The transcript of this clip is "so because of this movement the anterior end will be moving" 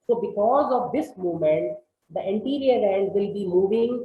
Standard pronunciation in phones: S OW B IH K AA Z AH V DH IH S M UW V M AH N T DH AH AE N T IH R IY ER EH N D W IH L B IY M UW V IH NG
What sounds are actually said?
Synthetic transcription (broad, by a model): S OW B IH K AA Z AH V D IH S M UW M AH N T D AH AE N T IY R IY ER EH N D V IH L B IY M UW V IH NG